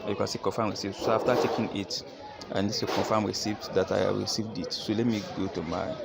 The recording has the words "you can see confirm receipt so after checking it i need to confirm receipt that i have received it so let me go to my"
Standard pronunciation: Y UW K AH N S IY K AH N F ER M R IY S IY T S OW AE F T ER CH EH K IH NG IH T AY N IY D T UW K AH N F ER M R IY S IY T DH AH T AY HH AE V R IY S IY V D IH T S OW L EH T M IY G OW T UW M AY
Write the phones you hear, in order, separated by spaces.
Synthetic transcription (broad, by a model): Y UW K AH N S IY K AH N F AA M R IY S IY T S OW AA F T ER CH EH K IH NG IH T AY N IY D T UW K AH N F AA M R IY S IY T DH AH T AY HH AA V R IY S IY V D IH T S OW L EH T M IY G OW T UW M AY